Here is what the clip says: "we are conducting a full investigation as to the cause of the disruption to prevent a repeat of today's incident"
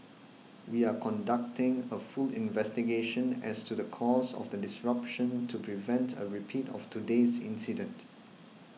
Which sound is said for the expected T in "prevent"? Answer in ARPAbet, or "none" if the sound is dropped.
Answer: T